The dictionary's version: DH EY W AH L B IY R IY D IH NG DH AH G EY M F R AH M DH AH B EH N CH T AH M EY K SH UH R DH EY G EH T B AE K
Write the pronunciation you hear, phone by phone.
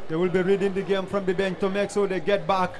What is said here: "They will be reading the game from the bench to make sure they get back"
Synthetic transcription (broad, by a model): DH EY W AH L B IY R IY D IH NG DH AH G EY M F R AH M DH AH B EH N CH T AH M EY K S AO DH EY G EH T B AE K